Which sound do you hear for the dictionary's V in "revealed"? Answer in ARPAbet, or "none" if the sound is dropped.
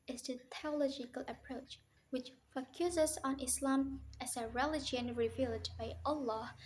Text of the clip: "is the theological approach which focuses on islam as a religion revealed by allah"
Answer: V